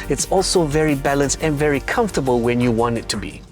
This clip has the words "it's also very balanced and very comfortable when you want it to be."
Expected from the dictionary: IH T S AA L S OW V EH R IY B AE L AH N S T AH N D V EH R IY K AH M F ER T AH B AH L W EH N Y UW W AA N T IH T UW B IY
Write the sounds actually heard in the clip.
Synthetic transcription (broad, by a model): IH T S AA L S OW V EH R IY B AE L AH N S T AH N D V EH R IY K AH M F T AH B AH L W EH N Y UW W AA N T IH T UW B IY